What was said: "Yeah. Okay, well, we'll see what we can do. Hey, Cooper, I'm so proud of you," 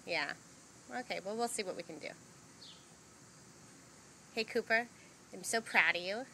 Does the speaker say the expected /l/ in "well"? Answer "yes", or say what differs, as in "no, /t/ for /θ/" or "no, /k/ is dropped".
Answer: yes